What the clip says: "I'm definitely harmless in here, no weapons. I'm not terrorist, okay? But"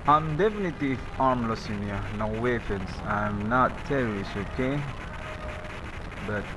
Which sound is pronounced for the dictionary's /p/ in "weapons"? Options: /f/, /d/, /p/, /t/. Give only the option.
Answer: /f/